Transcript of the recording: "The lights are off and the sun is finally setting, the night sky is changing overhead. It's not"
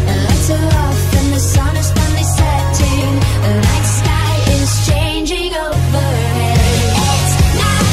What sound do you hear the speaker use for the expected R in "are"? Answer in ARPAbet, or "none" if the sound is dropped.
L